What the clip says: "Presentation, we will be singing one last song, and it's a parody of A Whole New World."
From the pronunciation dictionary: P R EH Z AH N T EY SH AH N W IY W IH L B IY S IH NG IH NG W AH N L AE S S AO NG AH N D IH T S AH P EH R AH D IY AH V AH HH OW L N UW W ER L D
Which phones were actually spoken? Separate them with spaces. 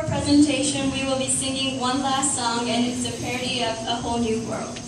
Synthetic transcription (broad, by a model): P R EH Z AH N T EY SH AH N W IY W IH L B IY S IH NG IH NG W AH N L AE S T AO NG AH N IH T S AH P EH R AH D IY AH V AH HH OW L N UW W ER L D